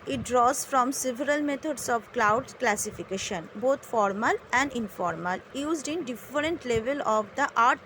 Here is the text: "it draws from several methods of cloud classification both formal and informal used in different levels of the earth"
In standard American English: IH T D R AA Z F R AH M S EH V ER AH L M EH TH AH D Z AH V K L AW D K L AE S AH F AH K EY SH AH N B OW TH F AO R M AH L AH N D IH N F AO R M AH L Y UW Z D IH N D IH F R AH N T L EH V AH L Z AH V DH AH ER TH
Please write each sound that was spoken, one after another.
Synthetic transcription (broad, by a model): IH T D R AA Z F R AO M S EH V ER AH L M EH T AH D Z AH V K L AW D K L AE S AH F AH K EY SH AH N B OW T F AO R M AH L AH N D IH N F AO R M AH L Y UW Z D IH N D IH F R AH N T L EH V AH L AH V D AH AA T